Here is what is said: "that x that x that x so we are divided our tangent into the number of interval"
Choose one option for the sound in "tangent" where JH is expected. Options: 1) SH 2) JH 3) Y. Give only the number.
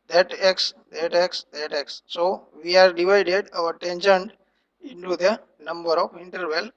1